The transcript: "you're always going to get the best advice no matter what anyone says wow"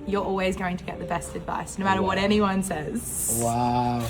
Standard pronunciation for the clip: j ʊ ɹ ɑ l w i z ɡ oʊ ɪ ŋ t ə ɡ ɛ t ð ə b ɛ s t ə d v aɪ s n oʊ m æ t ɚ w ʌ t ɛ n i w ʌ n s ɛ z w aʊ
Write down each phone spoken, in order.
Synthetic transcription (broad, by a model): j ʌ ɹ ɑ l w i z ɡ oʊ ɪ ŋ t ə ɡ ɛ t ð ə b ɛ s t ə d v aɪ s n oʊ m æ t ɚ w ʌ t ɛ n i w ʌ n s ɛ z w aʊ